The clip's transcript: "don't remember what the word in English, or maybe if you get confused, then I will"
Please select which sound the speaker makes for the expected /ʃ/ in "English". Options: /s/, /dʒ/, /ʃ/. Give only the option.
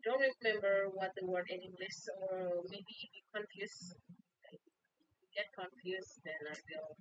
/s/